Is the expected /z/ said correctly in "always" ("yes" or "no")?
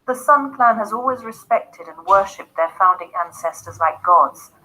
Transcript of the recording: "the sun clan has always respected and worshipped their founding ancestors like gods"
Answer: yes